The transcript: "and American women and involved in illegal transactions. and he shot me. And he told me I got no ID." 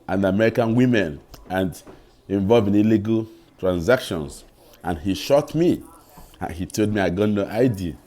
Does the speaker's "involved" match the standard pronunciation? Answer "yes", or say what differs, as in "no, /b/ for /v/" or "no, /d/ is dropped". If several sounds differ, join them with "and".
no, /d/ is dropped